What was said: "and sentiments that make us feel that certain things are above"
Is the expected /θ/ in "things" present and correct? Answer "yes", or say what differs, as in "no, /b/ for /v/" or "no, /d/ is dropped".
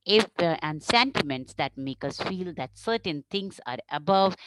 no, /t/ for /θ/